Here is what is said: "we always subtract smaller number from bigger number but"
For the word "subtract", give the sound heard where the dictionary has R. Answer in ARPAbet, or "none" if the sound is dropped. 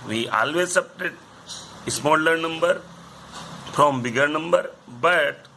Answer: none